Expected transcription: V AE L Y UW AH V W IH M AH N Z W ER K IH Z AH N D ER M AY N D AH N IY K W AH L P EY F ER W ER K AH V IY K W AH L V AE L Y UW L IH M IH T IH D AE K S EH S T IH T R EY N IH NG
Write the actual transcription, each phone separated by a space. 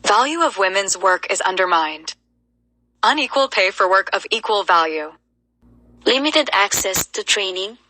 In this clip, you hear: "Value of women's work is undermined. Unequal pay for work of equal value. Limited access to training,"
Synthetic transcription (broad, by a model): V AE L Y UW AH V W IH M AH N Z W ER K IH Z AH N D ER M AY N D AH N IY K W AH L P EY F ER W ER K AH V IY K W AH L V AE L Y UW L IH M IH T IH D AE K S EH S T IH T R EY N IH NG